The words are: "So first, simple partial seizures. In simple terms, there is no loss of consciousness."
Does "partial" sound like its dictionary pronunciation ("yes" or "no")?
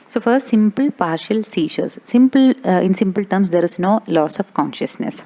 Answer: yes